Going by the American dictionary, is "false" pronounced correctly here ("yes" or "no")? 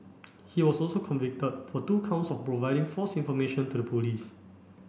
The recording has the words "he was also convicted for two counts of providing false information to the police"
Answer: no